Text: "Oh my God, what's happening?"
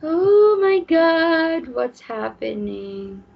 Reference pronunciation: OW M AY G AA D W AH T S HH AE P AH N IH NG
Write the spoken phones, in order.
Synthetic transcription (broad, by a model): OW M AY G AA D W AH T S HH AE P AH N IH NG